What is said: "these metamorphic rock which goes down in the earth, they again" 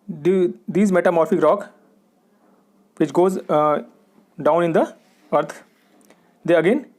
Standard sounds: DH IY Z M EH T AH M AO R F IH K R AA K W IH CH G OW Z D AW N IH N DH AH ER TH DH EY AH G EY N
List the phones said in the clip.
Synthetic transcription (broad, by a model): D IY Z M EH T AH M AO R F IH K R AA K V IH CH G OW Z D AW N IH N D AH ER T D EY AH G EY N